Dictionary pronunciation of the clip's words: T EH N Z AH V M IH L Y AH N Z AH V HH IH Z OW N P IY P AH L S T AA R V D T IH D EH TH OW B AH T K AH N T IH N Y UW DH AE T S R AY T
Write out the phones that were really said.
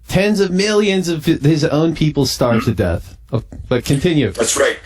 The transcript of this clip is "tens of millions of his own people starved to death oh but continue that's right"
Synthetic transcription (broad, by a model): T EH N Z AH V M IH L Y AH N Z AH V IH Z OW N P IY P L S T AA R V T IH D EH TH OW B AH T K AH N T IH N Y UW DH AE T S R AY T